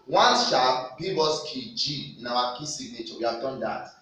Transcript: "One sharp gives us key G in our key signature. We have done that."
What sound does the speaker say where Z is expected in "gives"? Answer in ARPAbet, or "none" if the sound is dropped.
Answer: none